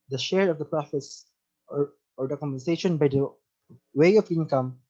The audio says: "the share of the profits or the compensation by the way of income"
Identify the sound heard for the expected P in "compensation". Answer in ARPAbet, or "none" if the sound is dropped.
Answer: none